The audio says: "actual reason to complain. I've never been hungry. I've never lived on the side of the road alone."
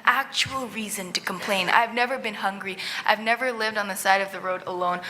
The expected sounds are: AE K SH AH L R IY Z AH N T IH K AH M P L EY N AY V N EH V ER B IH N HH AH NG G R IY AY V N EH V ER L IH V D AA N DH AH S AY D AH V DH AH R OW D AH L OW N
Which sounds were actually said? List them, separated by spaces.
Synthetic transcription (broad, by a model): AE K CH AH L R IY Z AH N T IH K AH M P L EY N AY V N EH V ER B IH N HH AH NG G R IY AY V N EH V ER L IH V D N DH AH S AY D AH V DH AH R OW D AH L OW N